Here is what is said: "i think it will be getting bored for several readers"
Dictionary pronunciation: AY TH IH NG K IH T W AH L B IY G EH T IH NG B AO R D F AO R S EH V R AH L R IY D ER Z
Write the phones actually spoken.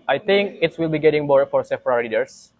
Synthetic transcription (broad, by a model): AY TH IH NG K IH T W AH L B IY G EH T IH NG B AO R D F AO R S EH P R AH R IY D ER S